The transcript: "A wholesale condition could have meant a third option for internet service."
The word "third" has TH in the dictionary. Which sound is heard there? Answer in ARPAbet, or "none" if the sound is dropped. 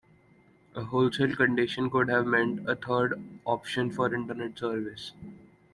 T